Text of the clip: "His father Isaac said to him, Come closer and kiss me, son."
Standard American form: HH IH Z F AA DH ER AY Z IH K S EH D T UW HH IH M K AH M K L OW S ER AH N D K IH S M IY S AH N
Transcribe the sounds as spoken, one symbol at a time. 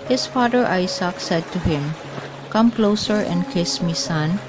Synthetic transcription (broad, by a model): HH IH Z F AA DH ER AY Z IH K S EH D T UW HH IH M K AH M K L OW S ER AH N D K IH S M IY S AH N